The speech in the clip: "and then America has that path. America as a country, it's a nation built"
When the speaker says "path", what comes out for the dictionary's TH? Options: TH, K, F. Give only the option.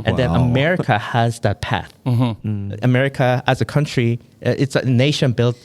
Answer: TH